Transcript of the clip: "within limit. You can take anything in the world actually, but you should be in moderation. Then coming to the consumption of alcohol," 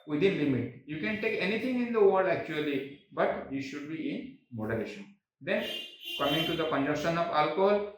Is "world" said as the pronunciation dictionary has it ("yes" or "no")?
no